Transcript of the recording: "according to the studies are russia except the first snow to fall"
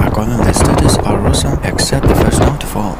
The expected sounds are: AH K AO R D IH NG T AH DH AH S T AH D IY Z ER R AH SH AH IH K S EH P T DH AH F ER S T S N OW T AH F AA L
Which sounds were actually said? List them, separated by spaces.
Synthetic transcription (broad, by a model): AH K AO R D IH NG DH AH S T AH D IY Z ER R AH S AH IH K S EH P T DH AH F ER S T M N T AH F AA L